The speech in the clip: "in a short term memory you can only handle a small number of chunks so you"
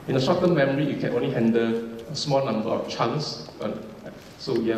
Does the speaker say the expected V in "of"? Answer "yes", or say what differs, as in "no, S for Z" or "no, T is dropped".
no, F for V